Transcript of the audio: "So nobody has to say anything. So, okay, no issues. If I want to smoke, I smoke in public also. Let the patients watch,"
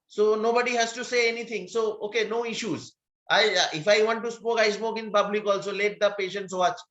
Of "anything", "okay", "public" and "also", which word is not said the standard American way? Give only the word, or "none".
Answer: anything